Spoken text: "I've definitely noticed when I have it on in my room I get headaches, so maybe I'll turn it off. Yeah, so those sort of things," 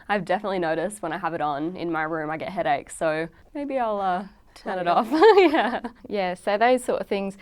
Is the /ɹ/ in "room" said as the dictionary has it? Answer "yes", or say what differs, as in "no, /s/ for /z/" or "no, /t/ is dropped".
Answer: yes